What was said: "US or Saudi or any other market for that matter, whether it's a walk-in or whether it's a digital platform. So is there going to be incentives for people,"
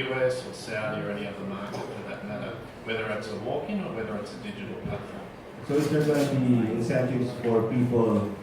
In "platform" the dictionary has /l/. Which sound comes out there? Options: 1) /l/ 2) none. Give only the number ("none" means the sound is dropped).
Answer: 2